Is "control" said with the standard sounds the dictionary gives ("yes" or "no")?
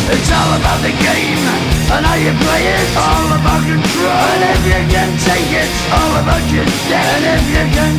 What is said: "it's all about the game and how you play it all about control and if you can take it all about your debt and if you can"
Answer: no